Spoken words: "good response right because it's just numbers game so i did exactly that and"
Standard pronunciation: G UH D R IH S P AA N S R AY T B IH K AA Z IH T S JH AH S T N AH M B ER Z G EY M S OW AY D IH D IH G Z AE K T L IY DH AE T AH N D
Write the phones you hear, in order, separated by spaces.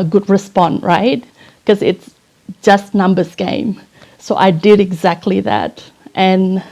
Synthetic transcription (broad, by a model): G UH D R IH S P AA N R AY T K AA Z IH T S JH AH S T N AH M B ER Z G EY M S OW AY D IH D IH G Z AE K T L IY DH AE T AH N